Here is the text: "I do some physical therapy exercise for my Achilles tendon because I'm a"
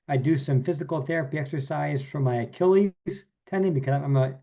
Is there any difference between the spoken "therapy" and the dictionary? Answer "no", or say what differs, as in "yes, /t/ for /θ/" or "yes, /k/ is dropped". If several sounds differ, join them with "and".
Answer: no